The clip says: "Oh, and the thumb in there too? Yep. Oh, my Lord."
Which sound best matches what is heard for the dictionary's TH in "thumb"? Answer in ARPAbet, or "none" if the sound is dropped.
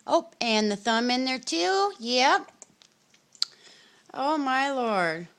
TH